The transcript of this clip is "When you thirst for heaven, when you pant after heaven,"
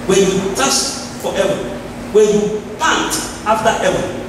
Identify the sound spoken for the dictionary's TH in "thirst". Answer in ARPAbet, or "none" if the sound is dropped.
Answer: T